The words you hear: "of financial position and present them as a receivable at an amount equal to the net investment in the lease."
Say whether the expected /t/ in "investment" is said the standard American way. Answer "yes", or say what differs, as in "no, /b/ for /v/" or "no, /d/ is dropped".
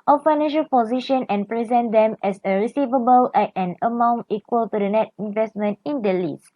yes